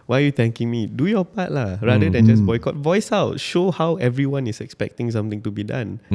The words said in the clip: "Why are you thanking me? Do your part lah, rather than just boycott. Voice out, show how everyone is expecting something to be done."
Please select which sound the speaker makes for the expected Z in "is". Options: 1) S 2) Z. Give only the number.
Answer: 1